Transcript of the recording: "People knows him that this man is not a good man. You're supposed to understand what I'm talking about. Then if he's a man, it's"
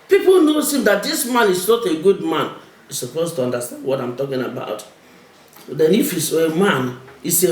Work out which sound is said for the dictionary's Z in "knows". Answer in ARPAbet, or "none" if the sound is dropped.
S